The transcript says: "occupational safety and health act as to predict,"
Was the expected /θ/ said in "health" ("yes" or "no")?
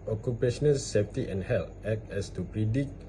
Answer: no